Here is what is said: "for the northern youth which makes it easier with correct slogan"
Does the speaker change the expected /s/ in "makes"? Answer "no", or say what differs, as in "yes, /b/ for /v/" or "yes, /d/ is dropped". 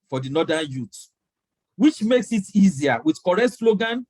no